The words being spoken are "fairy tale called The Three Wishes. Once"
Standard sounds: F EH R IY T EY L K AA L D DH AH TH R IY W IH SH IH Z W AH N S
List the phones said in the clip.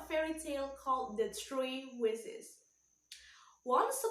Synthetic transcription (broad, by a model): F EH R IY T EY L K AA L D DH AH T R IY W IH S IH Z W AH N S